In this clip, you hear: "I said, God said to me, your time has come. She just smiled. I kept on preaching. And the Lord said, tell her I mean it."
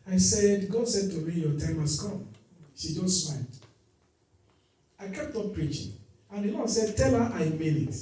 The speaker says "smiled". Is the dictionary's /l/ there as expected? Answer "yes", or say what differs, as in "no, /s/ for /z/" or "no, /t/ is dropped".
no, /n/ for /l/